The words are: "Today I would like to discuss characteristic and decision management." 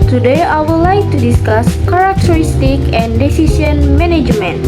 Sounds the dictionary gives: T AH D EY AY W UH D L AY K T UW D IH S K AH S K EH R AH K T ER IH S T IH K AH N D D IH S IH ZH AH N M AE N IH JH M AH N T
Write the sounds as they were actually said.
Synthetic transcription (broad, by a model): T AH D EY AY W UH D L AY K T UW D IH S K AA S K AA R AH K T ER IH S T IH K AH N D D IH S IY S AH N M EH N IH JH M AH N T